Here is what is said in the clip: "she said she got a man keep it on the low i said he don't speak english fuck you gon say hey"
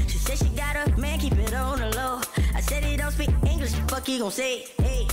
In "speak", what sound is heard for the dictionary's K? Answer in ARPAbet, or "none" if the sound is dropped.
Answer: none